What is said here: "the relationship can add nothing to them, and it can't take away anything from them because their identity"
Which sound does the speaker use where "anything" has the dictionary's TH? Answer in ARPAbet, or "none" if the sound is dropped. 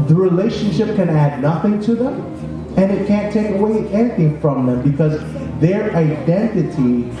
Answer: TH